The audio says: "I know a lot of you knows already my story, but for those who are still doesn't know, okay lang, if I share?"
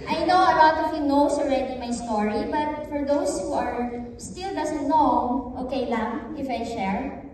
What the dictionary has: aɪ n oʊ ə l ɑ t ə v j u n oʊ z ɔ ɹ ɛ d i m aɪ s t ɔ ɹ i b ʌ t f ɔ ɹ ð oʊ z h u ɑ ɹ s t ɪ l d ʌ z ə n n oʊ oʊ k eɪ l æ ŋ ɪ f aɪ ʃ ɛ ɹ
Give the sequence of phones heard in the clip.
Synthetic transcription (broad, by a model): aɪ n oʊ ə l ɑ t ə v j u n oʊ s ɔ ɹ ɛ d i m aɪ s t ɔ ɹ i b ʌ t f ɔ ɹ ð oʊ s h u ɑ ɹ s t ɪ l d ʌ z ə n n oʊ oʊ k eɪ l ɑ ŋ ɪ f aɪ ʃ ɛ ɹ